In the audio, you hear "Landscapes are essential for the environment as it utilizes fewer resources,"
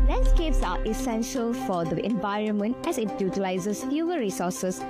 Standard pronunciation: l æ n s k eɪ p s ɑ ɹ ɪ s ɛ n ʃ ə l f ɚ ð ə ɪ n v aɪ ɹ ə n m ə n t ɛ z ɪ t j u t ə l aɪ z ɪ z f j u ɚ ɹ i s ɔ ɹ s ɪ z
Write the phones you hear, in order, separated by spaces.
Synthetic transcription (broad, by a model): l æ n s k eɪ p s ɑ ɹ ɪ s ɛ n ʃ ə l f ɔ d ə ɪ n v aɪ ɹ ə n m ə n t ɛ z ɪ t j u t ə l aɪ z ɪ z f j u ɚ ɹ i s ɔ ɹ s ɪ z